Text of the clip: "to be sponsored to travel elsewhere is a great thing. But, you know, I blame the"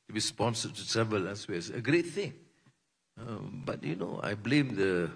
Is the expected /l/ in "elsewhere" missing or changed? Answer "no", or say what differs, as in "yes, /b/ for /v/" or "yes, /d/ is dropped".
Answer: yes, /l/ is dropped